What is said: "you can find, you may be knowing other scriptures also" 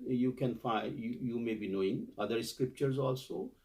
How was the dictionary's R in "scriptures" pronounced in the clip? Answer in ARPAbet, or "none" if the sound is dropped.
R